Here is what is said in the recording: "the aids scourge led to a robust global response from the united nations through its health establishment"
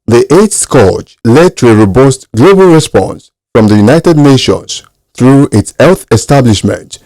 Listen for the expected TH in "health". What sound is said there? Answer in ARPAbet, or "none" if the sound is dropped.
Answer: TH